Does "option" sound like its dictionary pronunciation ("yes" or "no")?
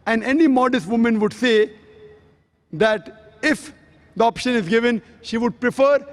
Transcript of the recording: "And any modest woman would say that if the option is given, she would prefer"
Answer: yes